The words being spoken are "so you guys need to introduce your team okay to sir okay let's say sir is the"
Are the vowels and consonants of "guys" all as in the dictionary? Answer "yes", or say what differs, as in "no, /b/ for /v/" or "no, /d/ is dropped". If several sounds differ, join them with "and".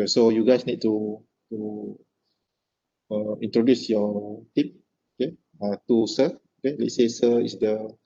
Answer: no, /s/ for /z/